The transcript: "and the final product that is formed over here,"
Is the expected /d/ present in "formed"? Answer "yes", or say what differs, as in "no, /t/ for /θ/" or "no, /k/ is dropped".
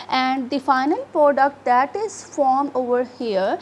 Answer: no, /d/ is dropped